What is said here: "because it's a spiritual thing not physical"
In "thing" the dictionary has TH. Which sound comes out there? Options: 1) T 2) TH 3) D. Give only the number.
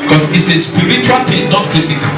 1